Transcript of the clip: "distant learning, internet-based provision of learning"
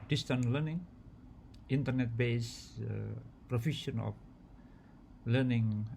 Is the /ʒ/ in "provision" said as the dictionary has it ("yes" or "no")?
no